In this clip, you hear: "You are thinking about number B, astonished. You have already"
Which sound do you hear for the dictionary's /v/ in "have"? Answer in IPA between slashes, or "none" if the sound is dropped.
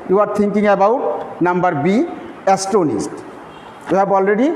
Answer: /b/